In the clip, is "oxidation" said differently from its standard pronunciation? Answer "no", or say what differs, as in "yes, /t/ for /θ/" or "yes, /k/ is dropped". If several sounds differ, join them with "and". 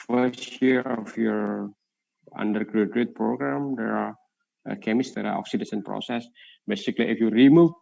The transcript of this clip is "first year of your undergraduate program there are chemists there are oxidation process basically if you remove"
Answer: yes, /s/ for /ʃ/